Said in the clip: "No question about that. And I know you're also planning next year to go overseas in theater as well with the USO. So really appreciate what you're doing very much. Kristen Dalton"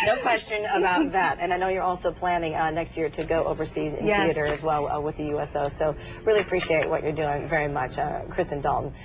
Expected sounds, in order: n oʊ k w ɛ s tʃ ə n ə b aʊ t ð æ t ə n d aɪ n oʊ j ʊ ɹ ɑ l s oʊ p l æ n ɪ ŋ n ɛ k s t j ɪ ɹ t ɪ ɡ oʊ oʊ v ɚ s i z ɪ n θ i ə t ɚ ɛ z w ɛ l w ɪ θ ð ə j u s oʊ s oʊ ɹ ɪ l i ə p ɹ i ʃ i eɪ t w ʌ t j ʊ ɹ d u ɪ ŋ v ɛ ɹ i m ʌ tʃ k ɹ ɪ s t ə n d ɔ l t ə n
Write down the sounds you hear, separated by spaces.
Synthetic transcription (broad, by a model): n oʊ k w ɛ s tʃ ə n ə b aʊ t ð æ t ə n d aɪ n oʊ j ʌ ɹ ɑ l s oʊ p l æ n ɪ ŋ n ɛ k s t j ɪ ɹ t ɪ ɡ oʊ oʊ v ɚ s i z ɪ n θ i ə t ɚ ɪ z w ɛ l w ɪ ð ə j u s oʊ s oʊ ɹ ɪ l i ə p ɹ i ʃ i eɪ t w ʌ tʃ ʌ ɹ d u ɪ ŋ v ɛ ɹ i m ʌ tʃ k ɹ ɪ s t ə n d ɔ l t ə n